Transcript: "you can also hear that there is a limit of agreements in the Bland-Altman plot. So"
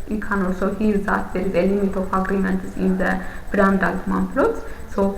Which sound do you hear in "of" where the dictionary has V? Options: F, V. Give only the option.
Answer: F